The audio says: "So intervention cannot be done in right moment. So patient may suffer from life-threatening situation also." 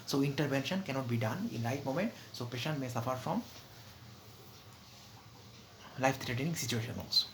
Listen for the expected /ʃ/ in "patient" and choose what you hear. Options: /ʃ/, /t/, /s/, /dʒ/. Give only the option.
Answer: /ʃ/